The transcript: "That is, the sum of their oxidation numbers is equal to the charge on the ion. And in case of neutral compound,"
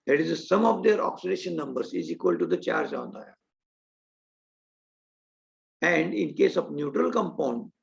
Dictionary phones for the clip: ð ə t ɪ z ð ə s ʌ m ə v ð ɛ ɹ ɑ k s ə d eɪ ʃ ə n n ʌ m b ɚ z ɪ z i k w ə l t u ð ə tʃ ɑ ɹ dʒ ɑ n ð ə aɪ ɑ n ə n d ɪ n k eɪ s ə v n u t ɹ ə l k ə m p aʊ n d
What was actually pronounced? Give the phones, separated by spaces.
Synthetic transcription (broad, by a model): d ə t ɪ z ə s ʌ m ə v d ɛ ɹ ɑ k s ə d eɪ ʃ ə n n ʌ m b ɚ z ɪ z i k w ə l t u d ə tʃ ɑ ɹ dʒ ɑ n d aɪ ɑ ə n d ɪ n k eɪ s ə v n u t ɹ ə l k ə m p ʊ n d